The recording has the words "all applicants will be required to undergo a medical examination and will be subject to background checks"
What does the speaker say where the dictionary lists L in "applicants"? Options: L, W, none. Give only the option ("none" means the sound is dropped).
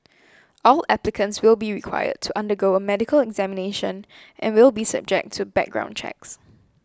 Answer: L